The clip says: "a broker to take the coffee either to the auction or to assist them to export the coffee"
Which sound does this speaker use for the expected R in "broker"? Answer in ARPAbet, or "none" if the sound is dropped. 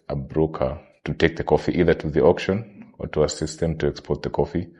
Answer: R